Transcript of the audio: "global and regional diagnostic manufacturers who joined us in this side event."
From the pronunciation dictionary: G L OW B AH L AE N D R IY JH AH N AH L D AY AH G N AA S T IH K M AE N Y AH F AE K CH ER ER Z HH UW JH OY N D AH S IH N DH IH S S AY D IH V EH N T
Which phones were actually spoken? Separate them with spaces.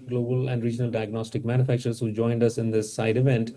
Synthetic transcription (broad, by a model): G L OW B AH L AE N D R IY JH AH N AH L D AY AH G N AA S T IH K M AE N Y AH F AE K CH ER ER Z HH UW JH OY N D AH S IH N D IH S S AY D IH V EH N T